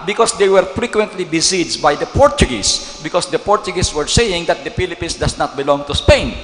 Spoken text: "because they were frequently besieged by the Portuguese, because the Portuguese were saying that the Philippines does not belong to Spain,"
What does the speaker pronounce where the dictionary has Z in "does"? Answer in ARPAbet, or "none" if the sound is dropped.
S